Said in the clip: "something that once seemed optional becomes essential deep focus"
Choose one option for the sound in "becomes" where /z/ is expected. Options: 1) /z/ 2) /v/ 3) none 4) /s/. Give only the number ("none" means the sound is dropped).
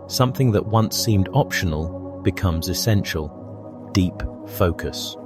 1